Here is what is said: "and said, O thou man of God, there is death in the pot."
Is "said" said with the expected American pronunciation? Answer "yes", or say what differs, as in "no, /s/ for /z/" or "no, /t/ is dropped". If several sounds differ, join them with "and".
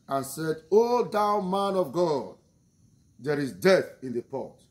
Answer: yes